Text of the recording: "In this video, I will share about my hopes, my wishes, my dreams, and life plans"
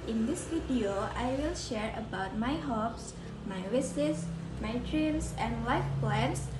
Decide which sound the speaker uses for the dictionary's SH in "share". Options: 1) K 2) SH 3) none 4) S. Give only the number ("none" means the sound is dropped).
2